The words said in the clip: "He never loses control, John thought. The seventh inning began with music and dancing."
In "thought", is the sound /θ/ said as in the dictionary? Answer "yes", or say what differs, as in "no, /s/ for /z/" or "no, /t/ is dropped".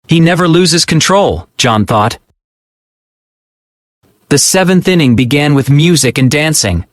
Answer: yes